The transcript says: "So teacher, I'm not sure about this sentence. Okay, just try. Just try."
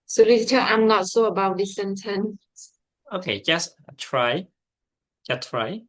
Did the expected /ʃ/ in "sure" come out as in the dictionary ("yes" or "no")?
no